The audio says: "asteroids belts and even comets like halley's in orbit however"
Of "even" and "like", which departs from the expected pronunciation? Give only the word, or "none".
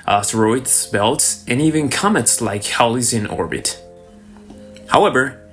none